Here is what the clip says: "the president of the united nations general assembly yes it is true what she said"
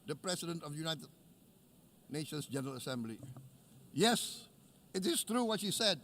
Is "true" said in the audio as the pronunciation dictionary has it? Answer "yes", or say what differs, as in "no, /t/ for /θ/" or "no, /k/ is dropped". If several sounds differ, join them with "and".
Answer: yes